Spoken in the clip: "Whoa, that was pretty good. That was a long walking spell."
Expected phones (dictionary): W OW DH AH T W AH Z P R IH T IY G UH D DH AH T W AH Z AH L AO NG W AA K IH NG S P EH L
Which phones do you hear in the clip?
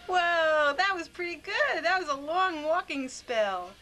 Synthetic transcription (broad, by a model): W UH DH AH T W AH Z P R IH T IY G UH D DH AH T W AH Z AH L AO NG W AA K IH NG S P EH L